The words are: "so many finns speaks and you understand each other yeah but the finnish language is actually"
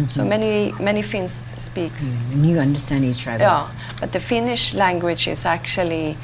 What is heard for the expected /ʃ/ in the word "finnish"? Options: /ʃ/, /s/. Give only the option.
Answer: /ʃ/